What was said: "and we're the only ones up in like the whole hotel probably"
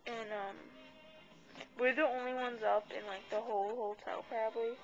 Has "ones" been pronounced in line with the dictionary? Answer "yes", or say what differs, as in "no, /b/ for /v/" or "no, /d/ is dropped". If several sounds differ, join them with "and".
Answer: yes